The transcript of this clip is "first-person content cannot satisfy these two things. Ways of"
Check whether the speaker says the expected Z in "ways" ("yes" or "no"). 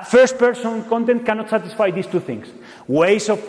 no